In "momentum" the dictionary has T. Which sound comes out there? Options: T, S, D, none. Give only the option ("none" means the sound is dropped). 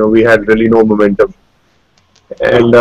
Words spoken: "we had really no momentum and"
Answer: T